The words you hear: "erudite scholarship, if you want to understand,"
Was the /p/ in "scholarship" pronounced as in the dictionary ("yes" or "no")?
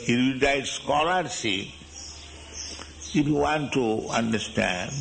no